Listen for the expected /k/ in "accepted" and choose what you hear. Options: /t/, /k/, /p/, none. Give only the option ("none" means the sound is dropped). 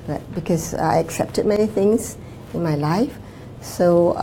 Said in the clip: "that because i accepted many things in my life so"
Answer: /k/